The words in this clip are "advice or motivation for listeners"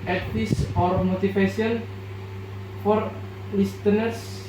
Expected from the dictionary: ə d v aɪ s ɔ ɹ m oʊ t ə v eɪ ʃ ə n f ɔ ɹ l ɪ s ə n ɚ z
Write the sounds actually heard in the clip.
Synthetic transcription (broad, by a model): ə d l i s ɔ ɹ m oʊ t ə f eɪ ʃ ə n f ɔ ɹ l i s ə n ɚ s